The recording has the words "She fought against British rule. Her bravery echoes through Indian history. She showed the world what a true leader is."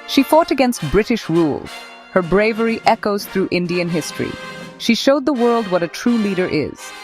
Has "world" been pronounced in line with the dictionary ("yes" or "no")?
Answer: yes